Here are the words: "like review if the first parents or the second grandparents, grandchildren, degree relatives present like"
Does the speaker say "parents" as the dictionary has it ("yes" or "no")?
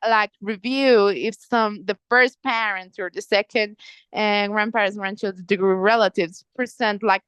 no